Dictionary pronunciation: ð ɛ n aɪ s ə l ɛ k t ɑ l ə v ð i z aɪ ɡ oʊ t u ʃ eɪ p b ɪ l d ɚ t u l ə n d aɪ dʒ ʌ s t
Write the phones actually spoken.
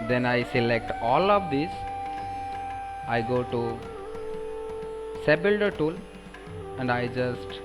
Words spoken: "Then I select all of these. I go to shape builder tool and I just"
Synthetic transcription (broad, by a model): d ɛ n aɪ s ə l ɛ k t ɑ l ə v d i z aɪ ɡ oʊ t u s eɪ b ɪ l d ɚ t u l ə n d aɪ dʒ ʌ s t